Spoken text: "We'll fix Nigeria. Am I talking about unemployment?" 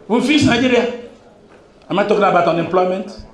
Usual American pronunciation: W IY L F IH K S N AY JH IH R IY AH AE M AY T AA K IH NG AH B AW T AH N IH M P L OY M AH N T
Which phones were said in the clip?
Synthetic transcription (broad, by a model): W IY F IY S N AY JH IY R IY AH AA M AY T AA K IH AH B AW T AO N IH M P L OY M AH N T